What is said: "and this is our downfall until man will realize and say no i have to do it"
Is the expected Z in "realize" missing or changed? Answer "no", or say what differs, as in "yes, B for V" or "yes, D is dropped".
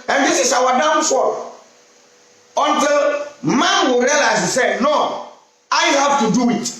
yes, Z is dropped